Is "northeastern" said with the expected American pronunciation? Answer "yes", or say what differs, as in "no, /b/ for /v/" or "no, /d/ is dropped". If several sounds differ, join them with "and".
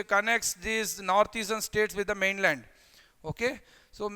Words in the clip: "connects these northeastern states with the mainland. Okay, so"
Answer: no, /t/ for /θ/